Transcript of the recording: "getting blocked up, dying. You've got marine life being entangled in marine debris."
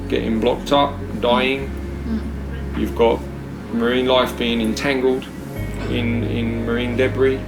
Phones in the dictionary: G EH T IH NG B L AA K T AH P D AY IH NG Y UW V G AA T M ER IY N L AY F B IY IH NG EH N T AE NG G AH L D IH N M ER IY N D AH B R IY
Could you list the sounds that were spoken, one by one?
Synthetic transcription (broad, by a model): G EH T IH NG B L AA K T AH P D AY IH NG Y UW V G AA T M ER IY N L AY F B IY IH NG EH N T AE NG G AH L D IH N M ER IY N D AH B R IY